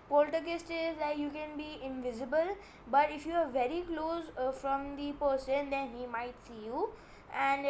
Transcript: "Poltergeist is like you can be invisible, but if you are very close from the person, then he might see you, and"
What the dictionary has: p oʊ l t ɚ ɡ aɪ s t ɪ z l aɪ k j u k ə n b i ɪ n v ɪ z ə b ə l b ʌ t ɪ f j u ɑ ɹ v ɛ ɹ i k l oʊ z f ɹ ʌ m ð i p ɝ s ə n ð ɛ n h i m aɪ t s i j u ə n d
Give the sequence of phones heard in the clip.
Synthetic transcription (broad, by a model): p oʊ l t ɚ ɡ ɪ s t ɪ z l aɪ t j u k ə n b i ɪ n v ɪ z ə b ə l b ʌ t ɪ f j u ɑ ɹ v ɛ ɹ i k l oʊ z f ɹ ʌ m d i p ɝ s ə n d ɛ n h i m aɪ t s i j u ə n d